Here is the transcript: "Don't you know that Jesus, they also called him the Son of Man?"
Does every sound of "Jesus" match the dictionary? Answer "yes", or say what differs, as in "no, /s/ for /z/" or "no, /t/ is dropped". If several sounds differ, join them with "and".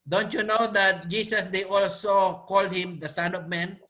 no, /s/ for /z/